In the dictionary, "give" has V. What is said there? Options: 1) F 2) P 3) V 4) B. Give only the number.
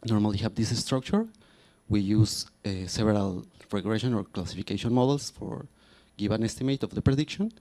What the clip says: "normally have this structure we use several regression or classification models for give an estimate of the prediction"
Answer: 4